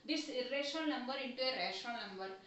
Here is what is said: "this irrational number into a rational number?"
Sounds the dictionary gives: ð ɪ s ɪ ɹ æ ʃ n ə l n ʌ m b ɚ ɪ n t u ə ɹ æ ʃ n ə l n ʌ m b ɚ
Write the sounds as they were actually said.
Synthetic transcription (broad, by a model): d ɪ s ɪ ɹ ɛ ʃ ə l n ʌ m b ɚ ɪ n t u ə ɹ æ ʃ ə n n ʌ m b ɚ